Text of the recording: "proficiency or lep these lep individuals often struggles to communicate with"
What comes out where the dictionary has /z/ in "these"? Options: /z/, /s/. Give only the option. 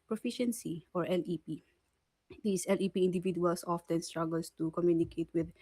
/s/